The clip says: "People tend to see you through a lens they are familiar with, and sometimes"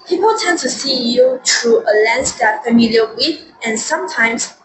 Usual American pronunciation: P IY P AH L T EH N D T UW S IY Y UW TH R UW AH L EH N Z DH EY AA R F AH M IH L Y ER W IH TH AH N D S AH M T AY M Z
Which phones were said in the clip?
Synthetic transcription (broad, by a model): P IY P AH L T EH N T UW S IY Y UW T R UW AH L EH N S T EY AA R F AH M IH L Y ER W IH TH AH N S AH M T AY M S